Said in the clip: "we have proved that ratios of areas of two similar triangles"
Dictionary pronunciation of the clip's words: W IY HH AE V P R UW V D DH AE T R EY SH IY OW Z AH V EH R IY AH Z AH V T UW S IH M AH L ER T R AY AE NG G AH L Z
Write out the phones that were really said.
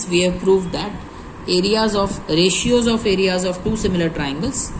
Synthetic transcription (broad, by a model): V IY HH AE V P R UW V D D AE T R EY SH IY OW Z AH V EH R IY AH Z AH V T UW S IH M AH L ER T R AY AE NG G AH L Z